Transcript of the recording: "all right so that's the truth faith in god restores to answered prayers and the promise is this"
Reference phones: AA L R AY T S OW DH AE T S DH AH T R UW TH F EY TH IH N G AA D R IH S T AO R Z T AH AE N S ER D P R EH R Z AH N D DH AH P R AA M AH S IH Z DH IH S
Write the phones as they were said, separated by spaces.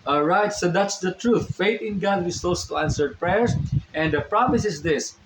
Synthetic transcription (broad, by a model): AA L R AY T S OW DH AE T S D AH T R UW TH F EY T IH N G AA D W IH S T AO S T AE N S ER D P R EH R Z AH N D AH P R AA M AH S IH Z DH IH S